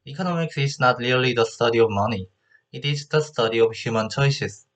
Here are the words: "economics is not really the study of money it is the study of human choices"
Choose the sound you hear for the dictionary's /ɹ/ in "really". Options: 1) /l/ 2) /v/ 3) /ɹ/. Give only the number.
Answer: 1